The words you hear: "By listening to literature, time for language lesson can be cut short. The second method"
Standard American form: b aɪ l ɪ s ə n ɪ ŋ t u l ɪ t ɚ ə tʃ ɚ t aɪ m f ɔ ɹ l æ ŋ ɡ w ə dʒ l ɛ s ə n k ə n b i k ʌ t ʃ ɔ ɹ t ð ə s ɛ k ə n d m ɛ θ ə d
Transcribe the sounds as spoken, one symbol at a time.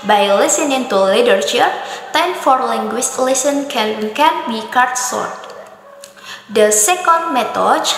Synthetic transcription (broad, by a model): b aɪ l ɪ s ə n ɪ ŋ t u l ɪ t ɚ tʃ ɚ t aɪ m f ɔ ɹ l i ŋ ɡ w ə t l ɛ s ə n k ə n b i k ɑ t s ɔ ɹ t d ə s ɛ k ə n d m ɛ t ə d